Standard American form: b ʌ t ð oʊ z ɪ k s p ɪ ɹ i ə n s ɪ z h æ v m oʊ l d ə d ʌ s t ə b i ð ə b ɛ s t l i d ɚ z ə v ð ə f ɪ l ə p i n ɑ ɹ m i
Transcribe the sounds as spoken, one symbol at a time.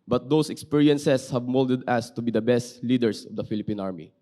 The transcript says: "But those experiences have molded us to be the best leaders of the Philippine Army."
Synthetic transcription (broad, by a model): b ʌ t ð oʊ s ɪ k s p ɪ ɹ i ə n s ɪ s h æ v m oʊ l d ə d ʌ s t ə b i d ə b ɛ s t l i d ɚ s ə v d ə f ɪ l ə p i n ɑ ɹ m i